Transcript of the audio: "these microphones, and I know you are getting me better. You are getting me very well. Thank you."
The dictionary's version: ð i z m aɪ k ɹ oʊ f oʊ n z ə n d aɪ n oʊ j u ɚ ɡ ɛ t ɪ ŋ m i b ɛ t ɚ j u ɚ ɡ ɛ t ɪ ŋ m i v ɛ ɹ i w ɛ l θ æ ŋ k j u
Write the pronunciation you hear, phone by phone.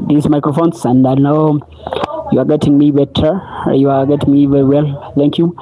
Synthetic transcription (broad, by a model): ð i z m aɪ k ɹ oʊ f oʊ n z ə n d aɪ n oʊ j u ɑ ɡ ɛ t ɪ ŋ m i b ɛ t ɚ j u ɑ ɡ ɛ t ɪ ŋ m i v ɛ ɹ i w ɛ l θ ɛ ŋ k j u